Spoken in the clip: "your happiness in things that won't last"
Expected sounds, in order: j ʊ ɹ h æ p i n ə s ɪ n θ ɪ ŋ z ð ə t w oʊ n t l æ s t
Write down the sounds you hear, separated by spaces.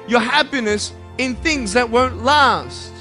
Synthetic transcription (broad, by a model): j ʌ ɹ h æ p i n ə s ɪ n θ ɪ ŋ z ð ə t w oʊ n t l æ s t